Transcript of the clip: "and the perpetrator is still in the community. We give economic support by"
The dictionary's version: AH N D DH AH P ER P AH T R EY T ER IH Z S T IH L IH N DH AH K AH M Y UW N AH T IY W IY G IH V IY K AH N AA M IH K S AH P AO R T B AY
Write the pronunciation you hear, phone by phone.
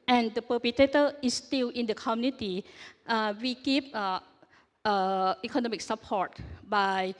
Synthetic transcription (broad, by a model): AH N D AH P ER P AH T EY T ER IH S T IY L IH N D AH K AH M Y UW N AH T IY W IY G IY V IY K AH N AA M IH K S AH P AO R T B AY